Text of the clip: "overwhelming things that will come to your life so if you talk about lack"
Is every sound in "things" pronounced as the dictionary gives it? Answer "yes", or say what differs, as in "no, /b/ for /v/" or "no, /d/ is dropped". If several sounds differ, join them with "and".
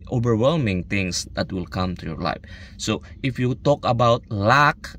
no, /t/ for /θ/